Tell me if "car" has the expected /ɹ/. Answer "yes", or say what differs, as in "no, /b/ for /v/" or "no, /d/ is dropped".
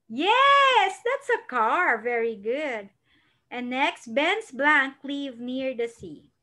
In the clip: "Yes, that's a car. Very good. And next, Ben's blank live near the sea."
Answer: yes